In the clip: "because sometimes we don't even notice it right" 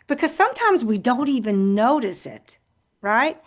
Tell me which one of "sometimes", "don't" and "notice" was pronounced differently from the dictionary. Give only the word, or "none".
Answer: none